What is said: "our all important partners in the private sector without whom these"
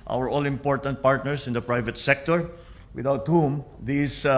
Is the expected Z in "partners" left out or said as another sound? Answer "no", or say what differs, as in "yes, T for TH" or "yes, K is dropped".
yes, S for Z